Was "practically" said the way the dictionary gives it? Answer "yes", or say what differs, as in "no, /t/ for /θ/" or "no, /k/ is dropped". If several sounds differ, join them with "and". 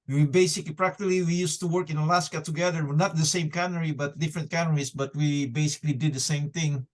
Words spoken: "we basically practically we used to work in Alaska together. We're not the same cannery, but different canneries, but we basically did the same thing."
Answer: yes